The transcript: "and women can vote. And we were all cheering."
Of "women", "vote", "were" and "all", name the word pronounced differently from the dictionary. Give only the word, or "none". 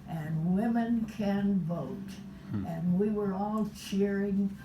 none